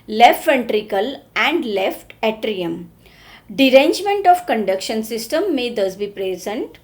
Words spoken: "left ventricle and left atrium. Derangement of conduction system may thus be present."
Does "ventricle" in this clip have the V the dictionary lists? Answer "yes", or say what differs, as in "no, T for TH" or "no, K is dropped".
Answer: no, F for V